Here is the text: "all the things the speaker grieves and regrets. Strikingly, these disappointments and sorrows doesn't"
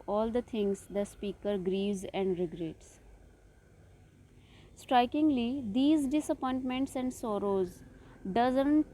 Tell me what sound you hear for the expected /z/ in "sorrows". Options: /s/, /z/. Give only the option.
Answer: /z/